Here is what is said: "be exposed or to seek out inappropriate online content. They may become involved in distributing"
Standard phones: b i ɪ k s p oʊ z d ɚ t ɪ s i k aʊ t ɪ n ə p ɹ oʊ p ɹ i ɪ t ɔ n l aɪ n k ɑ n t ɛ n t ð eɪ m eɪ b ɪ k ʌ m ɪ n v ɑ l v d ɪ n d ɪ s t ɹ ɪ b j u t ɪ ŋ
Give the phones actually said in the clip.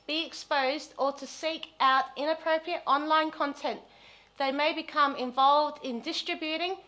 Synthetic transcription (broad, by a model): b i ɪ k s p oʊ z d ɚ t ɪ s i k aʊ t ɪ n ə p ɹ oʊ p ɹ i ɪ t ɔ n l aɪ n k ɑ n t ɛ n t ð eɪ m eɪ b ɪ k ʌ m ɪ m v ɑ l v d ɪ n d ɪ s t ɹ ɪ b j u t ɪ ŋ